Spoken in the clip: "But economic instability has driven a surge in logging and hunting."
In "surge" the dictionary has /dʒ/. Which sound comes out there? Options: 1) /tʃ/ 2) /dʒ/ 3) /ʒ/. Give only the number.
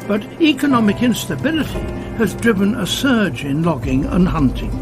2